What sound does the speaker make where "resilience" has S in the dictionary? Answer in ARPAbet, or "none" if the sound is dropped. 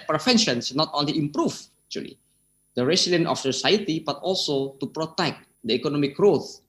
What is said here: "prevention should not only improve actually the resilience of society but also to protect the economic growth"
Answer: none